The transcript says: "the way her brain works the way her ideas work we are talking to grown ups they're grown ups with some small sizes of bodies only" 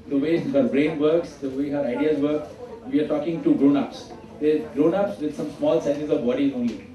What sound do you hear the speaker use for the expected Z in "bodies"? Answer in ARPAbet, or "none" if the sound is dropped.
none